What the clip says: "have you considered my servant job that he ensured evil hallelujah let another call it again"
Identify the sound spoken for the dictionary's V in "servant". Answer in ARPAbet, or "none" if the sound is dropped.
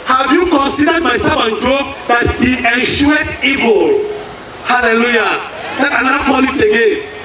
F